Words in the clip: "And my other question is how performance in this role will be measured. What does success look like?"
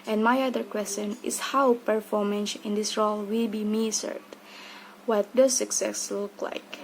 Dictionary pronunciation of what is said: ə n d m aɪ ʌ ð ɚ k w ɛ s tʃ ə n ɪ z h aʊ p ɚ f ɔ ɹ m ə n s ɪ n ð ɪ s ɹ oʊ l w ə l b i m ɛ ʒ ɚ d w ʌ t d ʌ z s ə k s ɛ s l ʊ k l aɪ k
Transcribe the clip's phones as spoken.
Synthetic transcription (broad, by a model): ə n m aɪ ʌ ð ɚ k w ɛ s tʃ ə n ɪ s h aʊ p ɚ f ɔ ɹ m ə n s ɪ n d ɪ s ɹ oʊ l w ə l b i m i s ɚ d w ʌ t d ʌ s ə k s ɛ s l ʊ k l aɪ k